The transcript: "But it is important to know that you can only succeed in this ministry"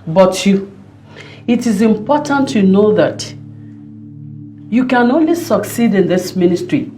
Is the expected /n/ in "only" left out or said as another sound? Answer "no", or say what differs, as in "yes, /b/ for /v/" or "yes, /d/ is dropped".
no